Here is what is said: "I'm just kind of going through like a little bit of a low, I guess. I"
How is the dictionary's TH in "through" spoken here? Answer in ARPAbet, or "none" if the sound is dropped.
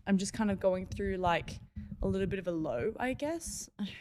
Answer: TH